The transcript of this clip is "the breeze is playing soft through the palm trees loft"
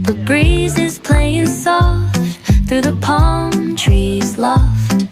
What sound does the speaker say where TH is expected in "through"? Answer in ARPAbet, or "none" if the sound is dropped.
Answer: TH